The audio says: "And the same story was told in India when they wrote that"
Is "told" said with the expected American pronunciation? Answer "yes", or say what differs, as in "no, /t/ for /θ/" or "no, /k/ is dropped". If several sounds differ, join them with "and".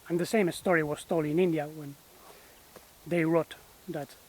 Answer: no, /d/ is dropped